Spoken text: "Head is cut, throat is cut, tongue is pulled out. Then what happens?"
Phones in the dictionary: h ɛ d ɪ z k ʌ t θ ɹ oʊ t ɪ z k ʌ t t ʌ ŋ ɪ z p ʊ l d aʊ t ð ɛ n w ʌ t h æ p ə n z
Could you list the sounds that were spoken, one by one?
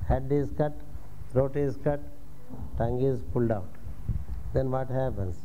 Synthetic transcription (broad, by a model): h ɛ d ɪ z k ʌ t t ɹ oʊ t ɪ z k ʌ t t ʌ ŋ ɪ z p ʊ l d aʊ t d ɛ n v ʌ t h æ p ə n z